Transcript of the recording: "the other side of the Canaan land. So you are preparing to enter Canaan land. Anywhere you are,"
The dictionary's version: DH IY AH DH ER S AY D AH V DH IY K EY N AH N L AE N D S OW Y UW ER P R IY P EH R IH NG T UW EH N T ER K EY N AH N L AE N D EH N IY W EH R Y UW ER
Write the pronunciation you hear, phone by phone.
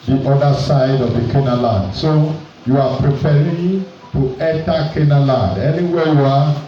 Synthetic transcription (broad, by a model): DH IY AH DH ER S AY D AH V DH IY K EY N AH L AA N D S OW Y UW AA P R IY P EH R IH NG T UW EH T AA K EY N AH L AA N D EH N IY W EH Y UW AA